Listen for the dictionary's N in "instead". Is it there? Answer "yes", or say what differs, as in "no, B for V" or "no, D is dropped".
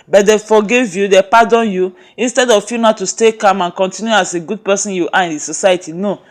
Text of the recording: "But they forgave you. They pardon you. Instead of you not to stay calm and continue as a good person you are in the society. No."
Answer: yes